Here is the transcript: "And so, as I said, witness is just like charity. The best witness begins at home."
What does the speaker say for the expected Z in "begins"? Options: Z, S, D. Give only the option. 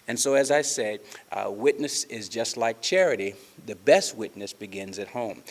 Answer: Z